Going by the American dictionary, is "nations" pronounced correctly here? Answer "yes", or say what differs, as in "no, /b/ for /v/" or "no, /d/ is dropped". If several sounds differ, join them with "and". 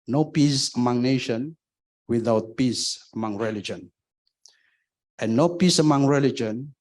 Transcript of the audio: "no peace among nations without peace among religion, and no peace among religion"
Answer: no, /z/ is dropped